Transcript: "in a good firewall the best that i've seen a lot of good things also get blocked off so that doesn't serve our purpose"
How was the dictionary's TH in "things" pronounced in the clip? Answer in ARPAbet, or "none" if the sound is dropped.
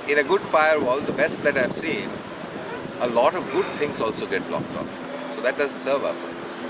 T